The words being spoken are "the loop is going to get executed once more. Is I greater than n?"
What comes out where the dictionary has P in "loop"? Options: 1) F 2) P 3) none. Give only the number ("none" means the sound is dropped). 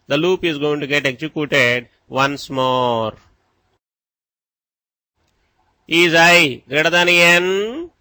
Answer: 2